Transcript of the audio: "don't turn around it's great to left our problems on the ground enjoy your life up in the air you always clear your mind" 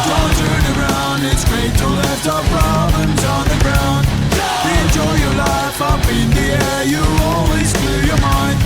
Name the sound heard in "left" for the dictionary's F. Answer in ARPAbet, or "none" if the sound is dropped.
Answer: none